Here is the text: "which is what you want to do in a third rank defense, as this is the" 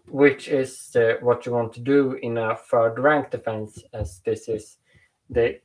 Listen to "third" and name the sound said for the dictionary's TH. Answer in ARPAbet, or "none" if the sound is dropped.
F